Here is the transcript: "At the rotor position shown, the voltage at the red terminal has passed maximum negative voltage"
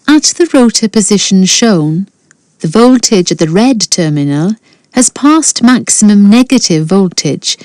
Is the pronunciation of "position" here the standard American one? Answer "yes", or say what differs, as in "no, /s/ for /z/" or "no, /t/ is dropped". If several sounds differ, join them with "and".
yes